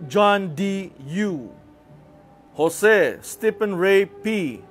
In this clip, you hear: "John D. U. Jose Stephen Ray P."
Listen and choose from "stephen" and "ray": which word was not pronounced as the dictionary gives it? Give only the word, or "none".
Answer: stephen